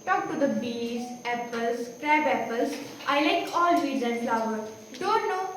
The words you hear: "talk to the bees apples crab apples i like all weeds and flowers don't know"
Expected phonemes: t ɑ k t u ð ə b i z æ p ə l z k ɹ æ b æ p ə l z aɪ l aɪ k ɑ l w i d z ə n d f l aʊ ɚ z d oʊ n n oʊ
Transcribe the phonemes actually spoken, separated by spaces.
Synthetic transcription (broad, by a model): t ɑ k t u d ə b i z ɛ p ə l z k ɹ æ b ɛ p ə l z aɪ l aɪ k ɑ l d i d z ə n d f l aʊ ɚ d oʊ n n oʊ